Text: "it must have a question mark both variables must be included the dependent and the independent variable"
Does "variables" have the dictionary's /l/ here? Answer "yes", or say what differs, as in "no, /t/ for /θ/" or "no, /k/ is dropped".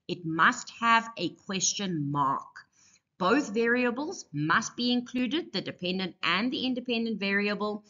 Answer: yes